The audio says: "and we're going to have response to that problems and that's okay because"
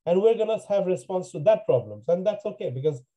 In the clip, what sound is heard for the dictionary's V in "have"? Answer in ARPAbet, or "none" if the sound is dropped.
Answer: V